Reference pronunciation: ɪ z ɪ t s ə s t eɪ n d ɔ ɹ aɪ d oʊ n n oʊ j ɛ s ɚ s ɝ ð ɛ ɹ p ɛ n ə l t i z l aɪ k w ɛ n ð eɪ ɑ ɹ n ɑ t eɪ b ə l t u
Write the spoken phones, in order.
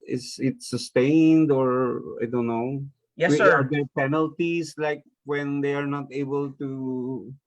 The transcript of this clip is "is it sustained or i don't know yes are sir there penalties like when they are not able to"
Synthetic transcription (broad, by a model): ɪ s ɪ t s ə s t eɪ n d ɔ ɹ aɪ d oʊ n n oʊ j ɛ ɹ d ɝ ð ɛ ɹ p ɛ n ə l t i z l aɪ k w ɛ n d eɪ ɑ ɹ n ɑ t eɪ b ə l t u